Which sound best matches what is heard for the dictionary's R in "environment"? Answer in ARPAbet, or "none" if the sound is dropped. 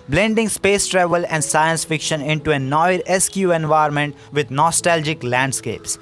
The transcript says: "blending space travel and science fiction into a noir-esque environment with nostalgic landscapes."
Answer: none